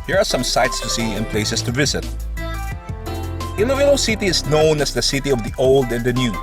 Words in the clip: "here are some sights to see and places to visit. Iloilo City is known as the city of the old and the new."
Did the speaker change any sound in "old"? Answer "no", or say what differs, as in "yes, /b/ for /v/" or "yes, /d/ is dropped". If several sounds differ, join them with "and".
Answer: no